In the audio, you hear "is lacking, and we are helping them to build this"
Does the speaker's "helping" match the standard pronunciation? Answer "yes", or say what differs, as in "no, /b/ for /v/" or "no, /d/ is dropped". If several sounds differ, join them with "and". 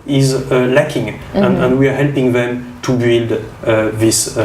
yes